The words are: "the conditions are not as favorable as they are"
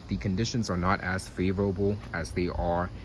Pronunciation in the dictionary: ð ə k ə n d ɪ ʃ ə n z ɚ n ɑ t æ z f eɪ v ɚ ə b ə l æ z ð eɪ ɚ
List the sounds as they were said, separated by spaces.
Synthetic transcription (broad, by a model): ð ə k ə n d ɪ ʃ ə n z ɚ n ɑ t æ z f eɪ v ɚ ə b l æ z ð eɪ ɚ